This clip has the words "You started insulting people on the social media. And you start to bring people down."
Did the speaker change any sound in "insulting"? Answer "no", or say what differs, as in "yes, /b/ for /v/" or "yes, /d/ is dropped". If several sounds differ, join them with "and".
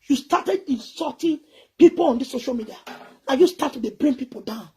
yes, /l/ is dropped